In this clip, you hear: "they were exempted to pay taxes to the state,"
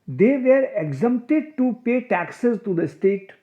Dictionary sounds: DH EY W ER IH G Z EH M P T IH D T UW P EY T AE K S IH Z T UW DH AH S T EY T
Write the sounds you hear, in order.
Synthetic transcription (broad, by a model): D EY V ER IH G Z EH M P T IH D T UW P EY T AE K S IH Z T UW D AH S T EY T